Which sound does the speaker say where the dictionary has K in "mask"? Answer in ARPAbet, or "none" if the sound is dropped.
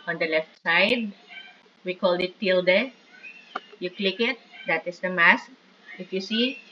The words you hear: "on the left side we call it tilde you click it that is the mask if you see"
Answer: K